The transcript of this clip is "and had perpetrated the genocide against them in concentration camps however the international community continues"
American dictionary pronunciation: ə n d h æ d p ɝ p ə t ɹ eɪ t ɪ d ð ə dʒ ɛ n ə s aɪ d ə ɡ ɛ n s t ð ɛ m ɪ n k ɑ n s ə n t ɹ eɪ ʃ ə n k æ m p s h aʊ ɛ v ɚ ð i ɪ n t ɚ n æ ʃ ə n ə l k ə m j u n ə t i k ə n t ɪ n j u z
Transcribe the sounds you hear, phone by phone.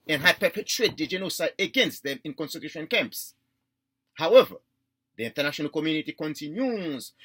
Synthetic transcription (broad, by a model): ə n h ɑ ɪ p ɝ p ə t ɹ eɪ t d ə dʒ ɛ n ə s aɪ ə ɡ ɛ n s t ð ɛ m ɪ n k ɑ n s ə t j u ʃ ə n k æ m p s h aʊ ɛ v ɚ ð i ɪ n t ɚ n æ ʃ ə n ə l k ə m j u n ə t i k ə n t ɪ n j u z